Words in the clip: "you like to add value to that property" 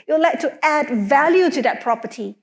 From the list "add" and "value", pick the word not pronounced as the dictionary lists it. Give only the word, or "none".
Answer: none